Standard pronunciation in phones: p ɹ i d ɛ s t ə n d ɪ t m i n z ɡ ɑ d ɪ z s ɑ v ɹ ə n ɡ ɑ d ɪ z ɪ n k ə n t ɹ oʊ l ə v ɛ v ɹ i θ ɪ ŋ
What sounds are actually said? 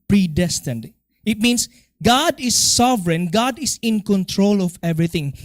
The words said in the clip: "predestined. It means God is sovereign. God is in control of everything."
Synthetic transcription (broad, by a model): p ɹ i d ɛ s t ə n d ɪ t m i n s ɡ ɑ d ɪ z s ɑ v ɹ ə n ɡ ɑ d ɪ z ɪ n k ə n t ɹ oʊ l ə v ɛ v ɹ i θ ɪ ŋ